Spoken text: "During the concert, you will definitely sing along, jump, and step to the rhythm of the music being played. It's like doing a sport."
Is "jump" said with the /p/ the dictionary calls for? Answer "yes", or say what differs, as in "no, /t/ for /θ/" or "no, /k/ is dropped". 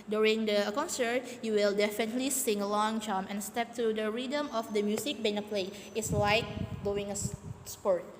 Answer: no, /p/ is dropped